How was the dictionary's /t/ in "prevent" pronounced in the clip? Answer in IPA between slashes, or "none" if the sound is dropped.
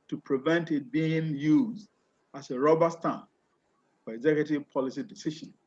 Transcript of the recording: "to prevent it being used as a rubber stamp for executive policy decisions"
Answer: /t/